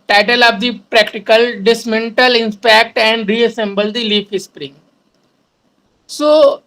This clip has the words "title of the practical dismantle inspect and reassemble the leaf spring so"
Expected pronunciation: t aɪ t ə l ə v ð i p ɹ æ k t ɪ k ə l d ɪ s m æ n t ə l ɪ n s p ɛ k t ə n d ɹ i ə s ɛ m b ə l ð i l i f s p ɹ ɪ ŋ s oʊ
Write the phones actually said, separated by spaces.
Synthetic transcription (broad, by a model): t aɪ t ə l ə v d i p ɹ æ k t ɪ k ə l d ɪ s m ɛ n t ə l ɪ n p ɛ k t ə n d ɹ i ə s ɛ m b ə l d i l i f s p ɹ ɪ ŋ s oʊ